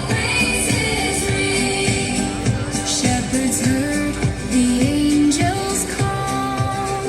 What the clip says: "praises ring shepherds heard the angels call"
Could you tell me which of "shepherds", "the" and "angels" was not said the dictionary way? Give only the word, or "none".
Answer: none